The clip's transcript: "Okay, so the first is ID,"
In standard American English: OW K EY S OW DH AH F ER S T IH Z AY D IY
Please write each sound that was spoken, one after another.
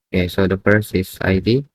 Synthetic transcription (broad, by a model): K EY S OW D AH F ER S IH S AY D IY